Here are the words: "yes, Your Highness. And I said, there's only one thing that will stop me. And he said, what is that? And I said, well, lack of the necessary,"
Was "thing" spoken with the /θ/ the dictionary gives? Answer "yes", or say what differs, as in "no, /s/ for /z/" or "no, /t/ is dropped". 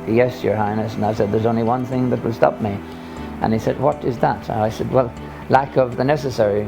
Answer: yes